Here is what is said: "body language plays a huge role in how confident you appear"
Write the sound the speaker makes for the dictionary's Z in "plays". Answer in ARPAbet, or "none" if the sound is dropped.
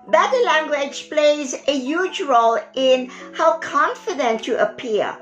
Z